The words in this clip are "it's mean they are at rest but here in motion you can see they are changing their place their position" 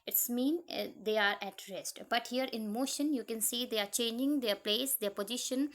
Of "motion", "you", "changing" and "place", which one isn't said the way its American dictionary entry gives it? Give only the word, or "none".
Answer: none